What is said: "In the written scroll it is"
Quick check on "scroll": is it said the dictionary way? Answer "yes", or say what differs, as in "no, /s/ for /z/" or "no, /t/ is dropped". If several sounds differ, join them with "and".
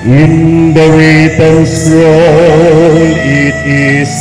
no, /k/ is dropped